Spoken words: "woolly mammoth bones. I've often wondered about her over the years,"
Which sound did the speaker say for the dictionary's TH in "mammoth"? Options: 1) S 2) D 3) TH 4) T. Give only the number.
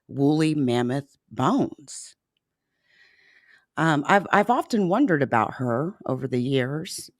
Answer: 3